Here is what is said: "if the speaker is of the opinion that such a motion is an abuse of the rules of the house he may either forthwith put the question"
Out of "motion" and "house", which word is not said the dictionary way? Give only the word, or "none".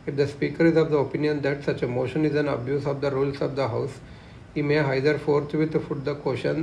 none